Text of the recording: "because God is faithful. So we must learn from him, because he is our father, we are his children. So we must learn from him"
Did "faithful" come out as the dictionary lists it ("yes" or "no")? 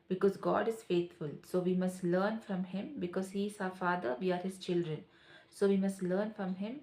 no